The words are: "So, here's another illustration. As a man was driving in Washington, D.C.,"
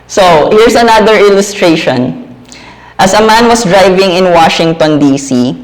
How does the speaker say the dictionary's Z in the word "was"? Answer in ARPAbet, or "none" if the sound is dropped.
S